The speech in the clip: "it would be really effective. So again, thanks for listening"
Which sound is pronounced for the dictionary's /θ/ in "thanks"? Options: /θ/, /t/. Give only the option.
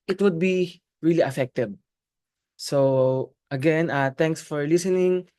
/t/